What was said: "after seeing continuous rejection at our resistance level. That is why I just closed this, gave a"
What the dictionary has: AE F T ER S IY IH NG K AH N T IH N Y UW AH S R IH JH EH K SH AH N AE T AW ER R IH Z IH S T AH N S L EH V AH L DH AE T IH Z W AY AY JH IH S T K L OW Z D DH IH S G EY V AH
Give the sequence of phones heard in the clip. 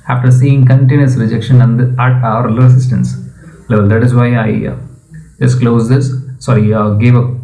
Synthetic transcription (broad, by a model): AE F T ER S IY IH NG K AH N T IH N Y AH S R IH JH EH K SH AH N AE T AW ER L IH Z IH S T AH N S L EH V AH L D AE T IH Z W AY AY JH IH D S K L OW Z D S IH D G EY V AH